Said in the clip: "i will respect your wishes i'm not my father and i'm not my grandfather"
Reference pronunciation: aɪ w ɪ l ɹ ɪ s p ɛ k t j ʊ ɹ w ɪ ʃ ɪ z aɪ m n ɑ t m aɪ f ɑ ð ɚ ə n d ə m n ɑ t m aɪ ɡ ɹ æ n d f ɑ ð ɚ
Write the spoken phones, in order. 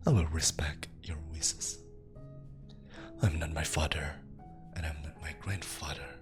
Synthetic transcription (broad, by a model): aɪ w ɪ l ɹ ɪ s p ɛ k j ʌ ɹ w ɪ s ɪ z aɪ m n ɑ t m aɪ f ɑ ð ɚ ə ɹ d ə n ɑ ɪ m aɪ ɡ ɹ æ n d f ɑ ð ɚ